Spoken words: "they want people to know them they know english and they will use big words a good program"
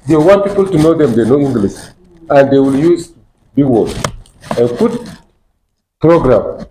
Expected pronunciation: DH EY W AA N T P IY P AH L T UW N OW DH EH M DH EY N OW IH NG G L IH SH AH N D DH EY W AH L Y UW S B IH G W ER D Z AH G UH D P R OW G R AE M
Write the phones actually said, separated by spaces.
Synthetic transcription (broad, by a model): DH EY W AA N T P IY P AH L T UW N OW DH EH M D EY N OW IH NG G L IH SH AH N D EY W AH L Y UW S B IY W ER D AH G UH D P R OW G R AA M